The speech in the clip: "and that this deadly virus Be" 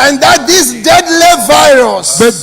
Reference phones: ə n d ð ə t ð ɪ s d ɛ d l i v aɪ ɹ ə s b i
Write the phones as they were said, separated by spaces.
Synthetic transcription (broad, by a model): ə n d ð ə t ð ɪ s d ɛ d l i v aɪ ɹ ə s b